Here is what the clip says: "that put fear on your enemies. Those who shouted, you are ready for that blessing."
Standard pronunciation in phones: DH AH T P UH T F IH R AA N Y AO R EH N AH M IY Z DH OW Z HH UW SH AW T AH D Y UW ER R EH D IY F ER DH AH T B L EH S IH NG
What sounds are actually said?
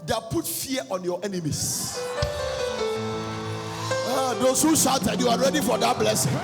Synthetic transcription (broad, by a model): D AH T P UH T F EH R AA N Y AO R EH N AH M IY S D OW S HH UW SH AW T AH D Y UW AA R EH D IY F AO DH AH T B L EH S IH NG